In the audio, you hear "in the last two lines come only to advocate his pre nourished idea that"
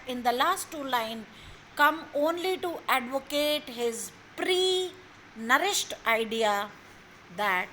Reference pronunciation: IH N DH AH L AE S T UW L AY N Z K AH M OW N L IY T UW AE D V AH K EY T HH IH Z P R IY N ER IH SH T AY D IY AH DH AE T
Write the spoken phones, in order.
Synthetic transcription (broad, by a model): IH N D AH L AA S T UW L AY N K AH M OW N L IY T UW AE D V AH K EY T HH IH Z P R IY N ER IH SH T AY D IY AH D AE T